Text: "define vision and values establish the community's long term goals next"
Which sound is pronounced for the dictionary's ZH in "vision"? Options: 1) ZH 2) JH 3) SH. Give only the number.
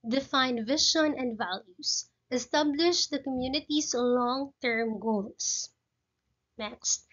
3